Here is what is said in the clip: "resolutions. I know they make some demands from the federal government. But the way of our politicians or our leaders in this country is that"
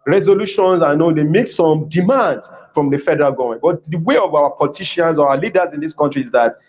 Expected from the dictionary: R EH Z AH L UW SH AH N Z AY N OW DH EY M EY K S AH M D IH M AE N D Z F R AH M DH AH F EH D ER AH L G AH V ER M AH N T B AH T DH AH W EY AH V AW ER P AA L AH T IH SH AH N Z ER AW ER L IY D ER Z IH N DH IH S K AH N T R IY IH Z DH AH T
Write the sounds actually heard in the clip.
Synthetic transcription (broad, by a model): R EH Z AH L UW SH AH N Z AY N OW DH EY M EY K S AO M D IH M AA N D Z F R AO M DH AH F EH D ER AH L G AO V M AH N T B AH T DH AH W EY AH V AW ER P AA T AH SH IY AH N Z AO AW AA L IY D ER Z IH N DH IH S K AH N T R IY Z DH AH T